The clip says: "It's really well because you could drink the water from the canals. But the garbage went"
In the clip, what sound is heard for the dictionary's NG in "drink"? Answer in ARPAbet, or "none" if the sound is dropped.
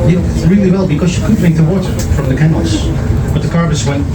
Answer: none